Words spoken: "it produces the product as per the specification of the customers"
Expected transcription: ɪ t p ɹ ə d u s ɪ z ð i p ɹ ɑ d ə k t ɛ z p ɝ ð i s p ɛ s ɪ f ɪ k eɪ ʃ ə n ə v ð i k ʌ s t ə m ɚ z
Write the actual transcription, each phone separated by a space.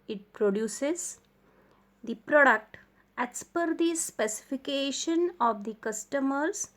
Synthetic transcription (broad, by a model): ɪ t p ɹ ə d u s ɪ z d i p ɹ ɑ d ə k t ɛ s p ɝ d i s p ɛ s ɪ f ɪ k eɪ ʃ ə n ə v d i k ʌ s t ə m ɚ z